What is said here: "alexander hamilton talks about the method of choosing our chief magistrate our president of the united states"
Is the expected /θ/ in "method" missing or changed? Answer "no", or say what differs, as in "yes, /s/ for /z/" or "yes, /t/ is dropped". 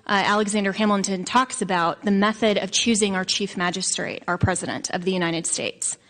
no